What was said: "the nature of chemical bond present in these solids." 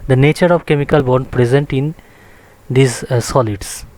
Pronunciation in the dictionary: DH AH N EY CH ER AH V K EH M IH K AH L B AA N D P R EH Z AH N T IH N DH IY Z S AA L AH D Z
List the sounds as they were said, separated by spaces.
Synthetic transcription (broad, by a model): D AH N EY CH ER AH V K EH M IH K AH L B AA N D P R EH Z AH N T IH N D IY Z S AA L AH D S